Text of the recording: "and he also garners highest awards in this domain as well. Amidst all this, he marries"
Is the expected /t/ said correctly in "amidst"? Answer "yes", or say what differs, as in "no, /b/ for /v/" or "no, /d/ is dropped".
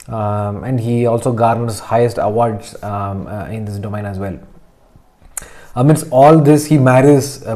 no, /t/ is dropped